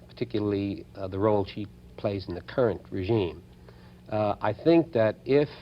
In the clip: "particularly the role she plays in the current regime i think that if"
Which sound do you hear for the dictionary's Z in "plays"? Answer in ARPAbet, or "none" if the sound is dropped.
Z